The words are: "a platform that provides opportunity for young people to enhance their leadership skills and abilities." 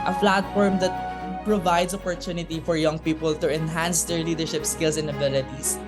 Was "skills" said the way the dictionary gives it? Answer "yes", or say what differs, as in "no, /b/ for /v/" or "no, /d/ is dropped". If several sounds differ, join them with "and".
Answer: no, /s/ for /z/